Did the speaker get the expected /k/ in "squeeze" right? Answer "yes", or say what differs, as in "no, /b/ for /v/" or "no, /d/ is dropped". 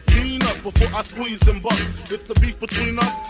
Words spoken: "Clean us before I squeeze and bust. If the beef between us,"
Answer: no, /k/ is dropped